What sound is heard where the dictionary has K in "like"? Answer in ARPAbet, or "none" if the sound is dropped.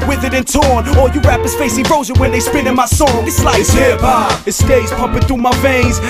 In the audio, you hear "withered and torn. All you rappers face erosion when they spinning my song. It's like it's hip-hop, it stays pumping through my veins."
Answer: none